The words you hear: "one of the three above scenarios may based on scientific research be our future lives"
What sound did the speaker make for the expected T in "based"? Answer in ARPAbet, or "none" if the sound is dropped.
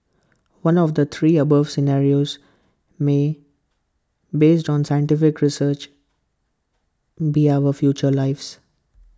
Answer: T